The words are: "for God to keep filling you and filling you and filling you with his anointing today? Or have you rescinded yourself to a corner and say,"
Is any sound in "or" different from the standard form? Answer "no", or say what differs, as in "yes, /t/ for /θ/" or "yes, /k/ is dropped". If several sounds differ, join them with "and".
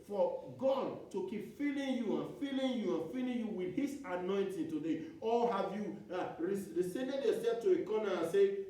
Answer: yes, /l/ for /ɹ/